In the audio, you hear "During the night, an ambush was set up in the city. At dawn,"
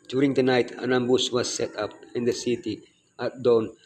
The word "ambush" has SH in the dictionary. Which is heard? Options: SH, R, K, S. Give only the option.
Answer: S